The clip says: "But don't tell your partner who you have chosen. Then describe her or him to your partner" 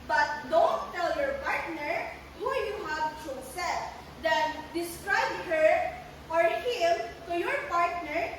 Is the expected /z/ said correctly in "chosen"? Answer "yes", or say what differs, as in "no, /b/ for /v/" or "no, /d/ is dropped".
no, /s/ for /z/